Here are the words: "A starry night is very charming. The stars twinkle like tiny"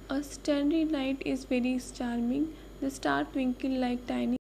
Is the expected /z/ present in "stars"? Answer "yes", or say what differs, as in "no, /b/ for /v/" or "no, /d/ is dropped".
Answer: no, /z/ is dropped